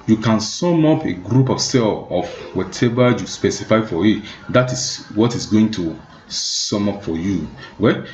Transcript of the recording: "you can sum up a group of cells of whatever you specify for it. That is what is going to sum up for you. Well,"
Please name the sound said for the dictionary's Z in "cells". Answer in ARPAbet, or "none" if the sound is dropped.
none